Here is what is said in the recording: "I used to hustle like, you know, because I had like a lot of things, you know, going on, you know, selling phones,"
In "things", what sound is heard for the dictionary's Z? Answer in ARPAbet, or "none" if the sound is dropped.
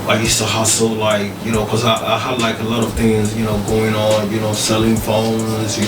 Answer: Z